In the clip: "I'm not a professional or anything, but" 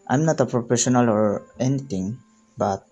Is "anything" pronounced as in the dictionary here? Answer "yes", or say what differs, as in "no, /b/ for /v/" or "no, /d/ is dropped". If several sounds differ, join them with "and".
no, /t/ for /θ/